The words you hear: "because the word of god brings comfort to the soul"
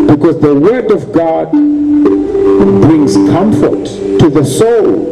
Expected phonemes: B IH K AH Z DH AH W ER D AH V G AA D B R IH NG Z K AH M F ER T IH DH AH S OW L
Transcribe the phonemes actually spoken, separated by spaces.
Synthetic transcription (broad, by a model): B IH K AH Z DH AH W ER D AH V G AA D B R IH NG Z K AH M F ER T IH DH AH S OW L